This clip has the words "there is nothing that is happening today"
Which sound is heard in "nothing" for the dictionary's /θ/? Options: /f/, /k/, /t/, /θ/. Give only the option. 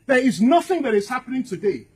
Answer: /θ/